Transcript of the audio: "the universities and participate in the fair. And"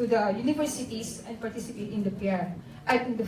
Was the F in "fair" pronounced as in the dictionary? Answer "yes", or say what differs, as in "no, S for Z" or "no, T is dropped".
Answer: no, P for F